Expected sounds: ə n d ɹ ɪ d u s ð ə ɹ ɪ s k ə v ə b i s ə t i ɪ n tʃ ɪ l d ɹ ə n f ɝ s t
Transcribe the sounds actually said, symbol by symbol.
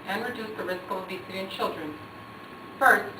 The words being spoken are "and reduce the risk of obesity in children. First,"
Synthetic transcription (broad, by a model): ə n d ɹ ɪ d u s ð ə ɹ ɪ s k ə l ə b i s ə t i ɪ n tʃ ɪ l d ɹ ə n f ɝ s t